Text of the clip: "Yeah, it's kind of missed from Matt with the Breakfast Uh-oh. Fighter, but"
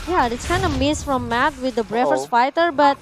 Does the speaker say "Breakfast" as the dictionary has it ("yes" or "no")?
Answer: no